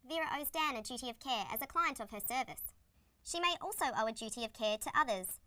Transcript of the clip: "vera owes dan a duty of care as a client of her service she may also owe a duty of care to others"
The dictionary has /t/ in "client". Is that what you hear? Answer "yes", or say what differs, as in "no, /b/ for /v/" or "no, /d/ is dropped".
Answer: yes